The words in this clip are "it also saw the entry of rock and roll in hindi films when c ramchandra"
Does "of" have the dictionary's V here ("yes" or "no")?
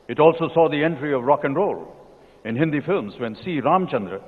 yes